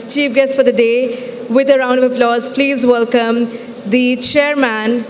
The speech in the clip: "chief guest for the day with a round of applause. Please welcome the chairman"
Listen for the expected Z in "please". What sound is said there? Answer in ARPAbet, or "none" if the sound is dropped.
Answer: Z